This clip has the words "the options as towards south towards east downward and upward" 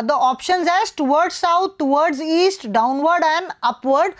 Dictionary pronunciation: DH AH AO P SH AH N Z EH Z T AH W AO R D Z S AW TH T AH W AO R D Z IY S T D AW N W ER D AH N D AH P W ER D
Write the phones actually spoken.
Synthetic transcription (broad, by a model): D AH AO P SH AH N Z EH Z T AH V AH R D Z S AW T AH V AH R D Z IY S T D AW N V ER D AH N D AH P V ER D